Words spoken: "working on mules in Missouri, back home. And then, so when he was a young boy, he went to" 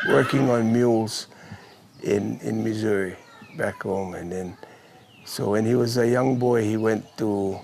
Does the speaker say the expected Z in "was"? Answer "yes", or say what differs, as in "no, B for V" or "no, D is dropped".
yes